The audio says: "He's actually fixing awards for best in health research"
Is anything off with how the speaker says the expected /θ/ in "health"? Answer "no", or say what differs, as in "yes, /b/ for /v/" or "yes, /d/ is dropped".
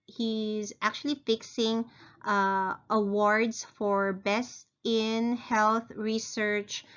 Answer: no